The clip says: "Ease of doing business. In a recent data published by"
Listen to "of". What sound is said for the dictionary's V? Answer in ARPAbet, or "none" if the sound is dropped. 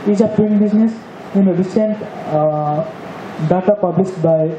P